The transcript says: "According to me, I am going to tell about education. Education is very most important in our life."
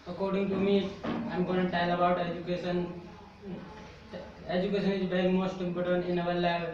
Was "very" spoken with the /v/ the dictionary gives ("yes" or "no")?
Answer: no